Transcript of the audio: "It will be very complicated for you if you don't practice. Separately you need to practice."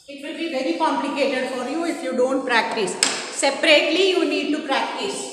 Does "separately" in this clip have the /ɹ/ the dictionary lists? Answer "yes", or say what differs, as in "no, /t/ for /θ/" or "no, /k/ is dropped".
yes